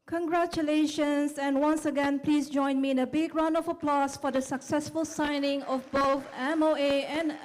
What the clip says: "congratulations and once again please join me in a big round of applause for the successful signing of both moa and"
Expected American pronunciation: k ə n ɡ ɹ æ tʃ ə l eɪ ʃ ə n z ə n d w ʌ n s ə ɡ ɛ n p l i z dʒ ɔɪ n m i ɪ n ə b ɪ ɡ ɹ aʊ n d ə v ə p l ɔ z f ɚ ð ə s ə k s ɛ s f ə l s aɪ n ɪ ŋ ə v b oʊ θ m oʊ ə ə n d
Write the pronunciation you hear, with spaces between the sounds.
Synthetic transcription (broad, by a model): k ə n ɡ ɹ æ tʃ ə l eɪ ʃ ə n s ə n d w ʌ n s ə ɡ ɛ n p l i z dʒ ɔɪ n m i ɪ n ə b ɪ ɡ ɹ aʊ n ə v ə p l ɔ s f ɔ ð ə s ə k s ɛ s f ə l s aɪ n ɪ ŋ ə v b oʊ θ m oʊ ə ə n